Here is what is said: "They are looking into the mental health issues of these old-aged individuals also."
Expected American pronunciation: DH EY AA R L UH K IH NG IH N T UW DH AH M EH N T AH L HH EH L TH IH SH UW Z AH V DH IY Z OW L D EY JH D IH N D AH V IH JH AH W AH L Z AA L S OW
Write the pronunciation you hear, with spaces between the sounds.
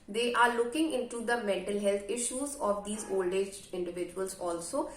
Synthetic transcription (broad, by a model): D EY AA R L UH K IH NG IH N T UW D AH M EH N T AH L HH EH L T IH SH UW Z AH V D IY Z OW L D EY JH IH N D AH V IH JH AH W AH L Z AA L S OW